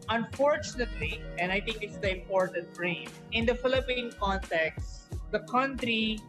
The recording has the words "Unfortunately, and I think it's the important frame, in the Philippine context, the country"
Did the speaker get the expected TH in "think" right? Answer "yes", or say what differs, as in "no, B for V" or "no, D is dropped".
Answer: no, T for TH